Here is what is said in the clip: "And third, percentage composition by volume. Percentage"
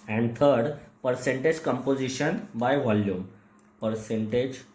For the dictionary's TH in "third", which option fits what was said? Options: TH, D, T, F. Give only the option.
T